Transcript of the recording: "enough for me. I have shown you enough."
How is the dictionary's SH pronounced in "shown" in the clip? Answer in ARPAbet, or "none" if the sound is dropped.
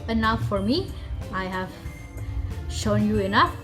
SH